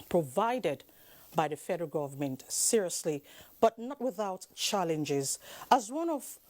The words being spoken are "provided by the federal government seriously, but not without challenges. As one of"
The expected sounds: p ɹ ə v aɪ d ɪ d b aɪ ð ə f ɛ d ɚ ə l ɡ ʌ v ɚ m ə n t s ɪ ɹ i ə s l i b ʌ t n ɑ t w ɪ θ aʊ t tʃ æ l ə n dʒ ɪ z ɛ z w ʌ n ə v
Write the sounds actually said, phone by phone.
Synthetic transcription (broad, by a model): p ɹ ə v aɪ d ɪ d b aɪ ð ə f ɛ d ɚ ə l ɡ ʌ v ɚ m ə n t s ɪ ɹ i ə s l i b ʌ t n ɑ t w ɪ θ aʊ t tʃ æ l ə n dʒ ɪ z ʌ z w ʌ n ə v